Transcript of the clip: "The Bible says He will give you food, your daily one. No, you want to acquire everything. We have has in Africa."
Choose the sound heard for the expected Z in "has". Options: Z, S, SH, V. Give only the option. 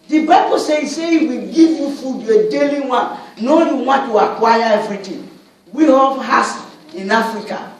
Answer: S